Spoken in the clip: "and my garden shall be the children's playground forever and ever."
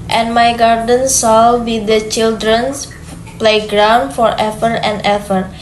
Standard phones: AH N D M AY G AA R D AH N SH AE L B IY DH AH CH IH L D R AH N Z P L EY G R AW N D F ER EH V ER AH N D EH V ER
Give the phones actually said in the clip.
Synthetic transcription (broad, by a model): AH N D M AY G AA R D AH N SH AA L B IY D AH CH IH L D R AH N S P L EY G R AW N D F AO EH F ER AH N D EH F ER